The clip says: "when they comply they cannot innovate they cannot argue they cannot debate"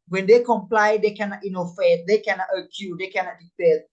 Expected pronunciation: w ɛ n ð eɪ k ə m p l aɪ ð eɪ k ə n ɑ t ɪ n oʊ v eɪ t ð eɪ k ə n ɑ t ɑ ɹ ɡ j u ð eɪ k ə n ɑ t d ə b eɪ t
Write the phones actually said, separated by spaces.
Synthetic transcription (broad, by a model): w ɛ n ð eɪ k ə m p l aɪ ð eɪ k ə n ɑ t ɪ n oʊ f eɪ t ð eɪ k ə n ɑ t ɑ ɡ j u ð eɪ k ə n ɑ t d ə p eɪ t